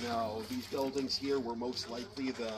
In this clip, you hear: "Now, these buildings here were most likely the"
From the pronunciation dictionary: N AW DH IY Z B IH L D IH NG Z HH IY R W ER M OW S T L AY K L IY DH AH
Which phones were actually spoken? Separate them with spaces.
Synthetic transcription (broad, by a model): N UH DH IY Z B IH L D IH NG Z HH IY R W ER M OW S T L AY K L IY DH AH